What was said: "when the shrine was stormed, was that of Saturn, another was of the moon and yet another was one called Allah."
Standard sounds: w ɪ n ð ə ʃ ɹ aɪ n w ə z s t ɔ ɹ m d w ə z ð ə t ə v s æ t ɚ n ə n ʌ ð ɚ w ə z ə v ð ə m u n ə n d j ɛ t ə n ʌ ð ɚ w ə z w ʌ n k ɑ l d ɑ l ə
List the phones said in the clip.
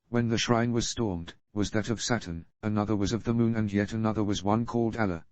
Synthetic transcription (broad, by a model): w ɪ n ð ə ʃ ɹ aɪ n w ə z s t ɔ ɹ m d w ə z ð ə t ə v s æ t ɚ n ə n ʌ ð ɚ w ə z ə v ð ə m u n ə n j ɛ t ə n ʌ ð ɚ w ə z w ʌ n k ɑ l d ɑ l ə